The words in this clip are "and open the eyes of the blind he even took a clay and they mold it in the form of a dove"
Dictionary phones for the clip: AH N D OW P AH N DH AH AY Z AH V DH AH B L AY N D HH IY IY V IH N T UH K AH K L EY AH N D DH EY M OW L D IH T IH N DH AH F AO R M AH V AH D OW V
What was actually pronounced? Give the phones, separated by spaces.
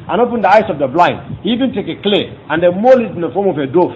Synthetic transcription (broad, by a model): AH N OW P AH N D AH AY S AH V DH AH B L AY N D HH IY IY V IH N T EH K AH K L EY AH N D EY M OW L IH T IH N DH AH F AO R M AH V AH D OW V